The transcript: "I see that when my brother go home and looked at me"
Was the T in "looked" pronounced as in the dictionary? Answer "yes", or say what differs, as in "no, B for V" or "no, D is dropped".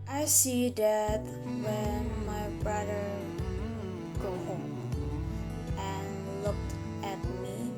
yes